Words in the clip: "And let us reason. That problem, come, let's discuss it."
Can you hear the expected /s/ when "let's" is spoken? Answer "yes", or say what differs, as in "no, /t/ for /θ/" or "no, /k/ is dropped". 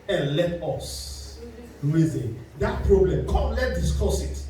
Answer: no, /s/ is dropped